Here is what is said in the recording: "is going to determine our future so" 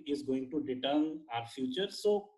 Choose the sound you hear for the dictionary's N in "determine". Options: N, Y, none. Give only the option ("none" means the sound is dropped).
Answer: none